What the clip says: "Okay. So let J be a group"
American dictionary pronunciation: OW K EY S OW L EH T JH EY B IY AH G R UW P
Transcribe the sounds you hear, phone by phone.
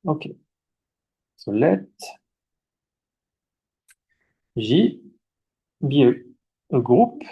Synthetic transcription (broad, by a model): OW K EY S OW L EH T ZH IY B IY AH G R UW P